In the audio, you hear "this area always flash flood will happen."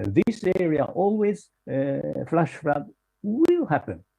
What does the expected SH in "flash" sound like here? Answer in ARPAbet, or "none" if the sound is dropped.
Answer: SH